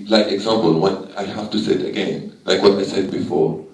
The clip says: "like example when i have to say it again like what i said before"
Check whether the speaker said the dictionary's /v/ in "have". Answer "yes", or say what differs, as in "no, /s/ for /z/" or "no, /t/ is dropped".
no, /f/ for /v/